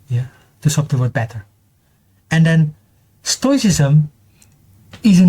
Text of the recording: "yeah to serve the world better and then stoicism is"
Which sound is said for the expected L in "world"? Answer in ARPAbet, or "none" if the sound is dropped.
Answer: none